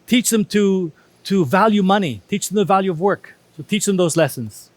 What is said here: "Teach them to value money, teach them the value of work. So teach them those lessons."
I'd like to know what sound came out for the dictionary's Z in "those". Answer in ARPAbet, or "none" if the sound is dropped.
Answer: Z